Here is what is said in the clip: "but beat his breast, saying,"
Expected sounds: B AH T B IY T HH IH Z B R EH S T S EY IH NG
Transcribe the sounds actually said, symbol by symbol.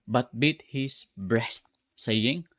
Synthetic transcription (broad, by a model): B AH T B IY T HH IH S B R EH S T S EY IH NG